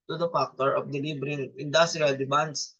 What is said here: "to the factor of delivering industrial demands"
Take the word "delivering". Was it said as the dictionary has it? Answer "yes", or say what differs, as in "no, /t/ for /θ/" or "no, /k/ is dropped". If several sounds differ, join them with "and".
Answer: no, /b/ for /v/